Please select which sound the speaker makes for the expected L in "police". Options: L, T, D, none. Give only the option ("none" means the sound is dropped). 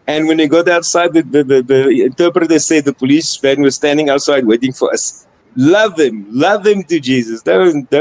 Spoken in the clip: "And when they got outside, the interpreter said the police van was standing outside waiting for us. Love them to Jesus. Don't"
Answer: L